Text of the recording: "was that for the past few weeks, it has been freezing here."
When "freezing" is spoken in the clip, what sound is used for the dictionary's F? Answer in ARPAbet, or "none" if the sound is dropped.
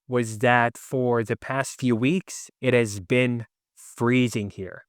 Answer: F